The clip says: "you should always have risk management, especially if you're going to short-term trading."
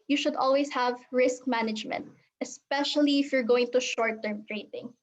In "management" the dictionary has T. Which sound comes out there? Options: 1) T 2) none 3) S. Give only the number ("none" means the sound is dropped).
1